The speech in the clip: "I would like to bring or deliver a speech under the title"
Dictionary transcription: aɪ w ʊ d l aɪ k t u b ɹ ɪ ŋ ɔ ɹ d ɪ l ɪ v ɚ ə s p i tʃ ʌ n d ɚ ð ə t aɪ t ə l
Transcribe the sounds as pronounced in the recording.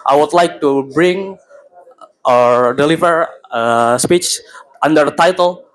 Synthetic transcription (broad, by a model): aɪ w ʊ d l aɪ k t u b ɹ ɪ ŋ ɔ ɹ d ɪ l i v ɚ ə s p i tʃ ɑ n d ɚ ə t aɪ t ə l